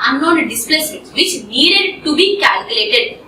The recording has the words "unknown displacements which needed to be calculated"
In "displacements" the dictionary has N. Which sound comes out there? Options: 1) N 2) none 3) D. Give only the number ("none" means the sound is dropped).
2